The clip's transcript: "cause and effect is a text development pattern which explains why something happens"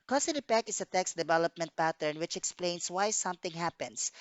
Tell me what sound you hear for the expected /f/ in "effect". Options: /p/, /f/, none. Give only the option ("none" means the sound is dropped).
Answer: /p/